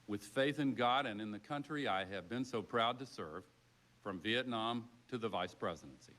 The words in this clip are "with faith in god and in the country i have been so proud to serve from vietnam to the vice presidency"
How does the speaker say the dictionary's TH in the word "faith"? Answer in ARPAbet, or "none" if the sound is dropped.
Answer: TH